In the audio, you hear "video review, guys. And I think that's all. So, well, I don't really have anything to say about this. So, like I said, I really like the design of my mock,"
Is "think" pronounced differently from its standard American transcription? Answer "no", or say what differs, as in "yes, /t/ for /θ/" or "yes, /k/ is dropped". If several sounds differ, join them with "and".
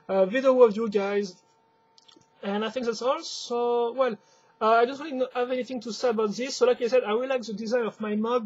no